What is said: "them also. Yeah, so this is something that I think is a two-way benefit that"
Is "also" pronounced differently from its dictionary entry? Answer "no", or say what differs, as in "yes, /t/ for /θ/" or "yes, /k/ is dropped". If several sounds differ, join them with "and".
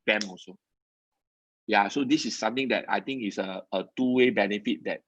yes, /l/ is dropped